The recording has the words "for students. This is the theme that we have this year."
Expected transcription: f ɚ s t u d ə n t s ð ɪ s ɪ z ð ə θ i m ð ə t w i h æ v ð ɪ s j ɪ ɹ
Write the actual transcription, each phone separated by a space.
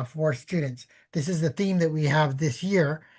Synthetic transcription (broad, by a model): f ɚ s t u d n t s ð ɪ s ɪ z ð ə θ i m ð ə t w i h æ v ð ɪ s j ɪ ɹ